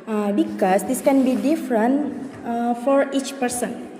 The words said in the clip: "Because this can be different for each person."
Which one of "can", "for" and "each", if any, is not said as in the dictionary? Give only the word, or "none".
none